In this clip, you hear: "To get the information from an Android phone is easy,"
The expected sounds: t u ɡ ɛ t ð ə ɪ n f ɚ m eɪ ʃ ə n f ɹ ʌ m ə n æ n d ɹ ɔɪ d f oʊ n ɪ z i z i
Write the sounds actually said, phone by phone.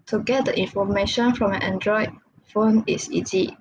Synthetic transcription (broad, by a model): t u ɡ ɛ t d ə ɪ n f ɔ m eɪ ʃ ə n f ɹ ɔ m ə n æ n d ɹ ɔɪ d f oʊ n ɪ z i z i